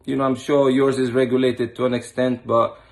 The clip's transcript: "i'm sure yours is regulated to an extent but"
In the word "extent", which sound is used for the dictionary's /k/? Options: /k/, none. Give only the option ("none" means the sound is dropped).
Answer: /k/